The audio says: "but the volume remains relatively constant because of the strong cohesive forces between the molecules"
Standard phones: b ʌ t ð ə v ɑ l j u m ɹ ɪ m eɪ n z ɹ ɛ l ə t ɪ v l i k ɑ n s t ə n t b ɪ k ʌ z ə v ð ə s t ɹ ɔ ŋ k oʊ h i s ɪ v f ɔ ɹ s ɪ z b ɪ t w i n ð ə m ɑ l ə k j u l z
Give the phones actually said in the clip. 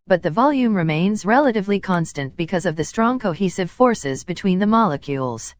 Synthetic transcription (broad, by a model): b ʌ t ð ə v ɑ l j u m ɹ ɪ m eɪ n z ɹ ɛ l ə t ɪ v l i k ɑ n s t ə n b ɪ k ʌ z ə v ð ə s t ɹ ɔ ŋ k oʊ h i s ɪ v f ɔ ɹ s ɪ z b ɪ t w i n ð ə m ɑ l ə k j u l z